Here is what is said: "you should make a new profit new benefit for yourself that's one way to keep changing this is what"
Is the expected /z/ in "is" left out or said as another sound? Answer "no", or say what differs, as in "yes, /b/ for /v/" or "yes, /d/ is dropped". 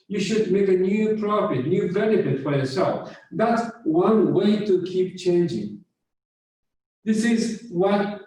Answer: no